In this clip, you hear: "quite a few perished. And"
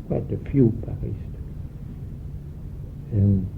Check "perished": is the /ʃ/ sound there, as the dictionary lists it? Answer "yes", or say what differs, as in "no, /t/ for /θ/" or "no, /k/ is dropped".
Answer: no, /s/ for /ʃ/